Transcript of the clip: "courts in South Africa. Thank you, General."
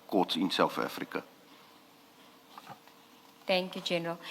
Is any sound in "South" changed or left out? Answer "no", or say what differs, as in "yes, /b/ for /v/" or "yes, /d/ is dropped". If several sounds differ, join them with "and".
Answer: yes, /f/ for /θ/